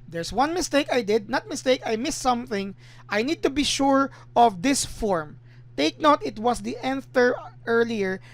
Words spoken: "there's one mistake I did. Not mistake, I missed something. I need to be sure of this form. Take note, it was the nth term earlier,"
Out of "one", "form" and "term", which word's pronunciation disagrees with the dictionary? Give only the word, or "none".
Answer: term